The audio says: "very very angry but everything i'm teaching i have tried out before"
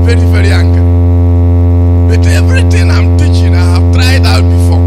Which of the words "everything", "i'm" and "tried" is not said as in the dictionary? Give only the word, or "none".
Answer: everything